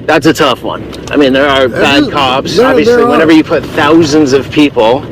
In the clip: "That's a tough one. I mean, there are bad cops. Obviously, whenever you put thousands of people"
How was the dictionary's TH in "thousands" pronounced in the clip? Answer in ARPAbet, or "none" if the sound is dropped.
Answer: TH